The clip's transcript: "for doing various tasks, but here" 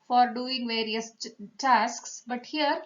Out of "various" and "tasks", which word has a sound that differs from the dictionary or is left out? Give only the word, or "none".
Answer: none